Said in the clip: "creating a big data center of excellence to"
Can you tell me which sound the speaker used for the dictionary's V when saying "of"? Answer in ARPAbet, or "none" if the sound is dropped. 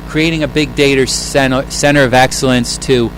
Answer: V